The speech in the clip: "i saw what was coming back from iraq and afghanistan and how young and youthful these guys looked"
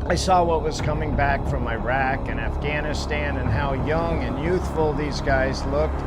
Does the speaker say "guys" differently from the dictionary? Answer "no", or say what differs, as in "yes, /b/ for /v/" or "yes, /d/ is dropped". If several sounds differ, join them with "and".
no